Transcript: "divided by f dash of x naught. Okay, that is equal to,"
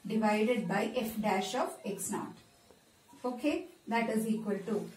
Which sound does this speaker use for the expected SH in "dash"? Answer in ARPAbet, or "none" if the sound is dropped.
SH